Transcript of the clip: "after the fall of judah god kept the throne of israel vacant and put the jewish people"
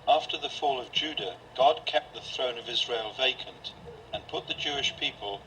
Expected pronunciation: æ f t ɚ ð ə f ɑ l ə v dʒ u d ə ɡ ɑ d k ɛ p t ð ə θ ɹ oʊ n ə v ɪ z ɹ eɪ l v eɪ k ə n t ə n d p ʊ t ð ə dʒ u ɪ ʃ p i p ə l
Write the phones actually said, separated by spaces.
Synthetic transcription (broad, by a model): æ f t ɚ ð ə f ɑ l ə v dʒ u d ə ɡ ɑ d k ɛ p t ð ə θ ɹ oʊ n ə v ɪ z ɹ eɪ l v eɪ k ə n t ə n p ʊ t ð ə dʒ u ɪ ʃ p i p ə l